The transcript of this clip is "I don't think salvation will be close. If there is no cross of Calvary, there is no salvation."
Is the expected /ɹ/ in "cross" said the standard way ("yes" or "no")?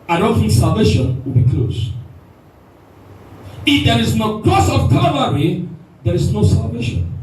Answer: no